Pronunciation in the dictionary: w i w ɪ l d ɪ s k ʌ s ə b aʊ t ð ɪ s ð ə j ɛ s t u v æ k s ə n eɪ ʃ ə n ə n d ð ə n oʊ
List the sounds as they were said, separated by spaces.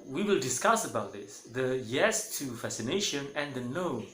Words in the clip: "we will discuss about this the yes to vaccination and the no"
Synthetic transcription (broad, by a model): w i w ɪ l d ɪ s k ʌ s ə b aʊ t ð ɪ s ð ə j ɛ s t u f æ s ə n eɪ ʃ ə n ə n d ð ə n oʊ